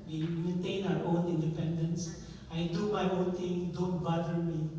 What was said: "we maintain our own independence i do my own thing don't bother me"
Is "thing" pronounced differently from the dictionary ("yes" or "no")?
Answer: yes